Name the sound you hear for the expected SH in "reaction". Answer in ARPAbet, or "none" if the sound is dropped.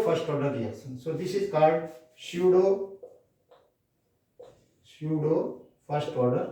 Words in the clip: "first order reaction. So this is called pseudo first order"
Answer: S